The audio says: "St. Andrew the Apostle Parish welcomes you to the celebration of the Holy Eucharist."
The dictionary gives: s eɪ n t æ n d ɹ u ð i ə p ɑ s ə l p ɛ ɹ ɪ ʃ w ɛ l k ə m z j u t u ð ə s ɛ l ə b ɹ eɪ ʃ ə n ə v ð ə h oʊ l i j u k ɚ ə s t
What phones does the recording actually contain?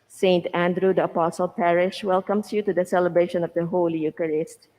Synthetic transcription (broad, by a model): s eɪ n t æ n d ɹ u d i ə p ɑ s ə l p ɛ ɹ ɪ ʃ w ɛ l k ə m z j u t u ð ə s ɛ l ə b ɹ eɪ ʃ ə n ə v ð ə h oʊ l i j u k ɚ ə s t